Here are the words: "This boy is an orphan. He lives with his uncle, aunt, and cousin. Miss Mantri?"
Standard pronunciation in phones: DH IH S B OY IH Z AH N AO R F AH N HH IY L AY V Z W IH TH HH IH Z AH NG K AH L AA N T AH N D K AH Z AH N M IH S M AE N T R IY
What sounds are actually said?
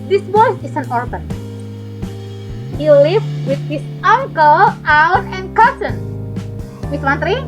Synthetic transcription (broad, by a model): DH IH S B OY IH S AH N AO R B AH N HH IY L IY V W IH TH HH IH S AH NG K AH L AA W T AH N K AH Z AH N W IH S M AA N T R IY